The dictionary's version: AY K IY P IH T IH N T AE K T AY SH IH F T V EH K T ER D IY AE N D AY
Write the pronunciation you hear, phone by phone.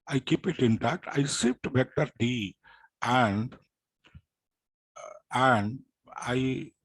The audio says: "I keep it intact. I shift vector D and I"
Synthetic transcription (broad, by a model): AY K IY P IH T IH N T AE K T AY S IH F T B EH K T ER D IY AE N D AY